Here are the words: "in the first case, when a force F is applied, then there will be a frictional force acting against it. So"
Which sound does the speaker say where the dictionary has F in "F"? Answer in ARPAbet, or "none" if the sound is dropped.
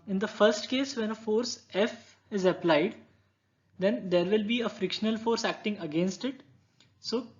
F